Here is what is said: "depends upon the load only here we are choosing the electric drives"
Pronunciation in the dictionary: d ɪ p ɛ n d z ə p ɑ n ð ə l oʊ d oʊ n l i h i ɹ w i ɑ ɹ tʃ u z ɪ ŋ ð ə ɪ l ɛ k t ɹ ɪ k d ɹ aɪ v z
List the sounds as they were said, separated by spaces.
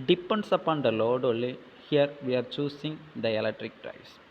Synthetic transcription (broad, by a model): d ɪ p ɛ n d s ə p ɑ n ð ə l oʊ d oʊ l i h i ɹ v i ɑ ɹ tʃ u s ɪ ŋ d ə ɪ l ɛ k t ɹ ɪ k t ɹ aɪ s